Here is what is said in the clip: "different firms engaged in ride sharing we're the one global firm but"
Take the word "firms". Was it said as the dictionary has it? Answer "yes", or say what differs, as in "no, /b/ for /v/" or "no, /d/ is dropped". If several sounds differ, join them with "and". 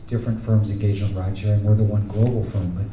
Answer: yes